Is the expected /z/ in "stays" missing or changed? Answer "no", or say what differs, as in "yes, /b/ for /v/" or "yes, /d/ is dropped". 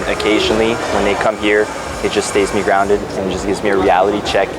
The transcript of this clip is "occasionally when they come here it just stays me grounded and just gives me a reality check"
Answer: no